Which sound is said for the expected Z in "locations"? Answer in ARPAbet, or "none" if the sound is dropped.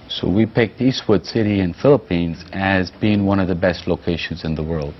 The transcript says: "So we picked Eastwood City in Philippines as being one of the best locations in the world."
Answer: Z